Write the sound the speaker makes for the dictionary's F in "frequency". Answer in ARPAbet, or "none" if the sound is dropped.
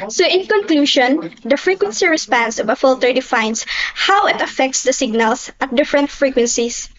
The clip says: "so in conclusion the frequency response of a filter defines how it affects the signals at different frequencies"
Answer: F